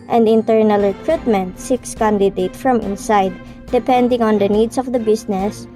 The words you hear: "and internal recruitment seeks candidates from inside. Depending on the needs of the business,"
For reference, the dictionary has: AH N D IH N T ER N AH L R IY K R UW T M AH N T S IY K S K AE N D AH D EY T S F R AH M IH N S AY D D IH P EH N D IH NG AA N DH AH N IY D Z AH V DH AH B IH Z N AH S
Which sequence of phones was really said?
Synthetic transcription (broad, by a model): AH N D IH N T ER N AH L R IY K R UW T M AH N T S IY K S K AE N D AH D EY T F R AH M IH N S AY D D IH P EH N D IH NG AA N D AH N IY D S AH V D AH B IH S N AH S